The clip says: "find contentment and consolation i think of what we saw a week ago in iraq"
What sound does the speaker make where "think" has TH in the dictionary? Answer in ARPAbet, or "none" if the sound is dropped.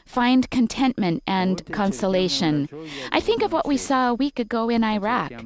TH